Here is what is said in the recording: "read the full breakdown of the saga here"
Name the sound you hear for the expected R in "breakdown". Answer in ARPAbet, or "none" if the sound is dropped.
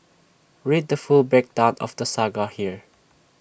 none